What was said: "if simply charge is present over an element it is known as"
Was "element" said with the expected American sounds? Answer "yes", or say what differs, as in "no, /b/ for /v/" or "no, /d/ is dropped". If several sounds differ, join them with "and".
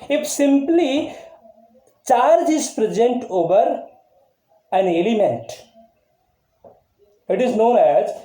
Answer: yes